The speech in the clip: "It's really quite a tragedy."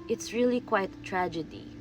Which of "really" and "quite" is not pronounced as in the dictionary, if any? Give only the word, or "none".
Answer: quite